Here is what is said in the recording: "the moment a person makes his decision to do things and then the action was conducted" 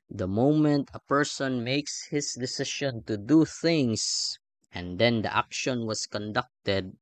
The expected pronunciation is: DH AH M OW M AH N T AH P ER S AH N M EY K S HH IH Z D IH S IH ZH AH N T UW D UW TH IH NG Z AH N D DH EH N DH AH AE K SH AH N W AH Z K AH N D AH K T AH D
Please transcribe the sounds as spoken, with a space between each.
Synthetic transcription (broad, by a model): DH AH M OW M AH N T AH P ER S AH N M EY K S HH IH S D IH S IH SH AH N T UW D UW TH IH NG S AH N D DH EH N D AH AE K SH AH N W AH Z K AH N D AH K T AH D